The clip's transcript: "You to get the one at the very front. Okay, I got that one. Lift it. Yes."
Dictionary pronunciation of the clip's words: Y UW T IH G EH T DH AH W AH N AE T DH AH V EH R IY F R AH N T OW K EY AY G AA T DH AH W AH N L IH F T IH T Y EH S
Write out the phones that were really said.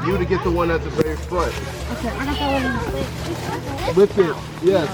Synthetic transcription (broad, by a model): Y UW T IH G EH T DH AH W AH N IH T DH AH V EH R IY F R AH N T OW K EY AY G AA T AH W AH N W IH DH IH T Y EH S